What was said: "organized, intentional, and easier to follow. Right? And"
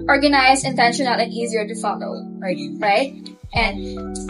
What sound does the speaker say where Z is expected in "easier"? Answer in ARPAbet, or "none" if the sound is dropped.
Z